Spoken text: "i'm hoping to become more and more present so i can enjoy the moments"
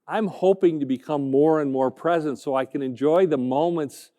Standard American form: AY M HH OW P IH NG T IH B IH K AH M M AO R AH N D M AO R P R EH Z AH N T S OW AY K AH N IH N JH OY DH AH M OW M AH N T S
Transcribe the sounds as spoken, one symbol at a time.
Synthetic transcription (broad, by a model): AY M HH OW P IH NG T IH B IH K AH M M AO R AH N M AO R P R EH Z AH N T S OW AY K AH N IH N JH OY DH AH M OW M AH N T S